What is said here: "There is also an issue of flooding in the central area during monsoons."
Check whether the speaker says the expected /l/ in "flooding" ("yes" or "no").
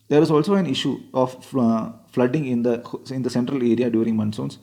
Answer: yes